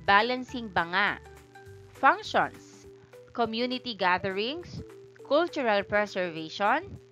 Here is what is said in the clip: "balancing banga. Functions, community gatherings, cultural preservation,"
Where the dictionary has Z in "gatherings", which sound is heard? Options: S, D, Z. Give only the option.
S